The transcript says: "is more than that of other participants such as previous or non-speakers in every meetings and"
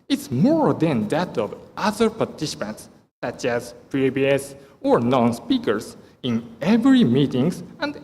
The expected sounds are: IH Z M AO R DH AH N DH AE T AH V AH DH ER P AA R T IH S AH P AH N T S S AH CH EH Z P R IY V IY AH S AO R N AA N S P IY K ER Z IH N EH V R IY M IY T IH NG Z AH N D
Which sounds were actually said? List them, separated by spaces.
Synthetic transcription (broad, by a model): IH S M AO R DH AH N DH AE T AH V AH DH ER P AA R T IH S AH P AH N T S S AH CH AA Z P R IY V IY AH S AO R N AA N S P IY K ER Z IH N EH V R IY M IY T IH NG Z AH N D